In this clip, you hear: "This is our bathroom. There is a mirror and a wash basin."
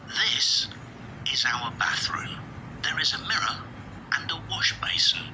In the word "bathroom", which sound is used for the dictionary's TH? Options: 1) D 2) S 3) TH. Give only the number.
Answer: 3